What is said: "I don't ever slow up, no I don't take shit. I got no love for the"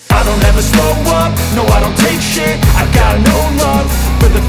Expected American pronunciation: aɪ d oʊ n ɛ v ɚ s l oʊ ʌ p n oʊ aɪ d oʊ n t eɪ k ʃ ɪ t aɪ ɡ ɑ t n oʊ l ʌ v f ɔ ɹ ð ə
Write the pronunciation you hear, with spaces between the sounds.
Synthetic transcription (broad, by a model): aɪ d oʊ n ɛ v ɚ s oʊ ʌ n n oʊ aɪ d oʊ n t eɪ k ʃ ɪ aɪ ɡ ɑ t n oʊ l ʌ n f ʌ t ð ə